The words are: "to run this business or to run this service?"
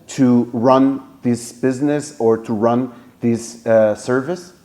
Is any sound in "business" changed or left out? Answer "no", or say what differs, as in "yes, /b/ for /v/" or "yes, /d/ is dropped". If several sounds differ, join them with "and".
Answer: no